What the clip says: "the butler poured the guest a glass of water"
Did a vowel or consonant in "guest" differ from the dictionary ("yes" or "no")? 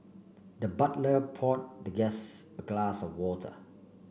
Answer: yes